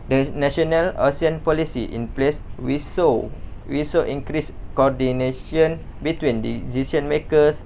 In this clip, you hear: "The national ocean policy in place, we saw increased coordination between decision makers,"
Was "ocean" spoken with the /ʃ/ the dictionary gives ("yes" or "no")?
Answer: no